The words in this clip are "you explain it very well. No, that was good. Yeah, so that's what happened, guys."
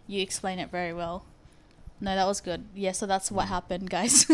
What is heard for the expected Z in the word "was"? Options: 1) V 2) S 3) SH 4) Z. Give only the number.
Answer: 4